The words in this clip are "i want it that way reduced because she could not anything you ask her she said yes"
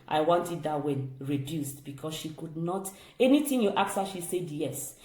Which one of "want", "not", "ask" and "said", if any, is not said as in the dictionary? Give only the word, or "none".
ask